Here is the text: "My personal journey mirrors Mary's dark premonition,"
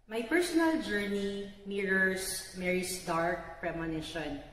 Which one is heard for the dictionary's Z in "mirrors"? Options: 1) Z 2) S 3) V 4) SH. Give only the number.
2